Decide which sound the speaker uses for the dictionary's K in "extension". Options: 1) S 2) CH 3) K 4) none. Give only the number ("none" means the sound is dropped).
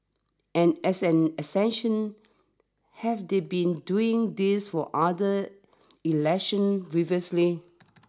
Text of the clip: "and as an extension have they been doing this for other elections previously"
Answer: 4